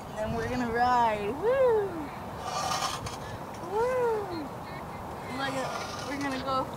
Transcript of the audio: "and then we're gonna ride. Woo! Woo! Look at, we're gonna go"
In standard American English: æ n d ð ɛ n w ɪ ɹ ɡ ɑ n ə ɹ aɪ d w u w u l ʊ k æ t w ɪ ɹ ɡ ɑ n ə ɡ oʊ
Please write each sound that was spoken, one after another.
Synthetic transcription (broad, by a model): n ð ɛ n w ɪ ɹ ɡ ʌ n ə ɹ aɪ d w u w u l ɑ ɪ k w ɪ ɹ ɡ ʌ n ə ɡ oʊ